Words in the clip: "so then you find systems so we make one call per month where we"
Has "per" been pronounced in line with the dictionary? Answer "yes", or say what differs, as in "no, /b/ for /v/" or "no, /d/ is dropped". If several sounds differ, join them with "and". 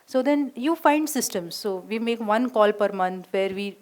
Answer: yes